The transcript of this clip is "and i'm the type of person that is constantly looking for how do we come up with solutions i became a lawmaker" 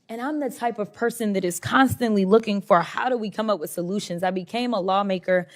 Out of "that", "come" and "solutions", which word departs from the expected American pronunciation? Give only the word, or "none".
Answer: none